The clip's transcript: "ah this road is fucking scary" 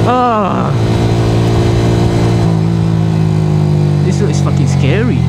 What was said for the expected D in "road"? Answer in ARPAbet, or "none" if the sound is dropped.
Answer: none